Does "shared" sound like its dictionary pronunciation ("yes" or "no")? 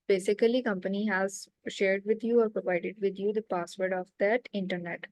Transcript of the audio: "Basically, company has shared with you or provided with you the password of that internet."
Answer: yes